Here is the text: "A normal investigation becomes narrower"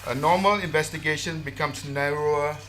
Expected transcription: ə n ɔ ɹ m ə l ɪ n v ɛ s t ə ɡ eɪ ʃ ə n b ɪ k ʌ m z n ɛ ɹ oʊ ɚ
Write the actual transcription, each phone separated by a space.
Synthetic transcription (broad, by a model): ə n ɔ m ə l ɪ n v ɛ s t ə ɡ eɪ ʃ ə n b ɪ k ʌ m s n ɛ ɹ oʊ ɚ